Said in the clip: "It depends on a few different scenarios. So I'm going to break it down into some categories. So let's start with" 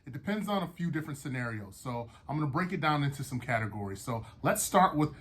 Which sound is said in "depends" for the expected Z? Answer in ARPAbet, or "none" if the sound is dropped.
Z